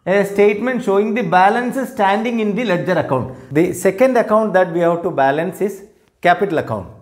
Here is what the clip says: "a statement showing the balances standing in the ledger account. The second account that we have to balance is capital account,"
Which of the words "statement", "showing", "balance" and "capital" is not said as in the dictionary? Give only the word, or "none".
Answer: none